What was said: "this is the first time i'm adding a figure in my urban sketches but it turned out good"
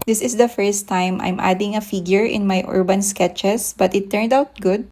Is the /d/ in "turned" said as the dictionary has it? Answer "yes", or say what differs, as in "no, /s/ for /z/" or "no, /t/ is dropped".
yes